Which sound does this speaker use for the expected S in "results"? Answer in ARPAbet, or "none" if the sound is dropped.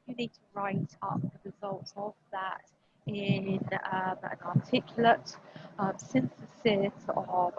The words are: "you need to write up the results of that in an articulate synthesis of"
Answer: none